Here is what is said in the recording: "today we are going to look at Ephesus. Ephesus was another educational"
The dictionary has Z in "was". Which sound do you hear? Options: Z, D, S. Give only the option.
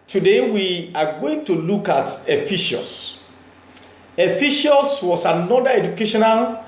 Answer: S